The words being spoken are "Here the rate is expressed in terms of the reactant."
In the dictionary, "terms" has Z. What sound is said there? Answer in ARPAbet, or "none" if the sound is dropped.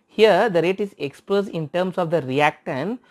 S